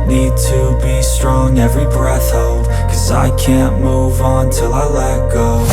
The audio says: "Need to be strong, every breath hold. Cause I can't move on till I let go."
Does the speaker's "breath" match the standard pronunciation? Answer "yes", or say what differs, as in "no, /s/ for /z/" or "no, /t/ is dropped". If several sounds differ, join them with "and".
yes